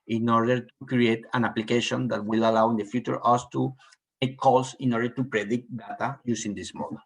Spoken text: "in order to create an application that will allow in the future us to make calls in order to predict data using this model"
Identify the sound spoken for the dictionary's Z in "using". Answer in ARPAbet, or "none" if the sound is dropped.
S